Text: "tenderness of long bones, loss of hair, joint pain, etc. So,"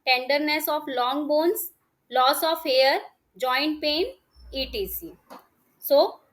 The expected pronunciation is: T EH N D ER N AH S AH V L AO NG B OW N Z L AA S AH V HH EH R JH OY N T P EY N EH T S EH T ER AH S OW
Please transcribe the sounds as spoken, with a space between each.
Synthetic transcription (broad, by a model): T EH N D ER N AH S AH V L AO NG B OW N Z L AA S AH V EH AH R JH OY N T P EY N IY T IY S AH S OW